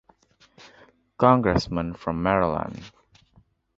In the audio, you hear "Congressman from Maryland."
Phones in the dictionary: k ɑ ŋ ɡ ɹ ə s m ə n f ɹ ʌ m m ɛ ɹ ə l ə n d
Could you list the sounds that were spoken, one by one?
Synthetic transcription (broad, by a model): k ɑ ŋ ɡ ɹ ə s m ə n f ɹ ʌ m m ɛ ɹ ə l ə n